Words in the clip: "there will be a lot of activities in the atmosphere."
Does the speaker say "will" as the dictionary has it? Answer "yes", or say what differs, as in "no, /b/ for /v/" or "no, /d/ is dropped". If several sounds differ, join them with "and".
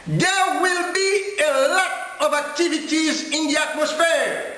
yes